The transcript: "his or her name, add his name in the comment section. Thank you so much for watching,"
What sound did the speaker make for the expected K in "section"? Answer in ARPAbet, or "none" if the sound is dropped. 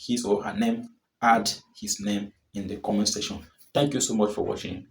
none